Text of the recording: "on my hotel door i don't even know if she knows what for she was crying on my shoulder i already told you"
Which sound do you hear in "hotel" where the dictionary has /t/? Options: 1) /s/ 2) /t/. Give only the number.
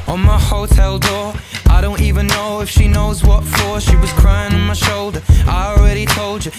2